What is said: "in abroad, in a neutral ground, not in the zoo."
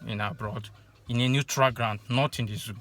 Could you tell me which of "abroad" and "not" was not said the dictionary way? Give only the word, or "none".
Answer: none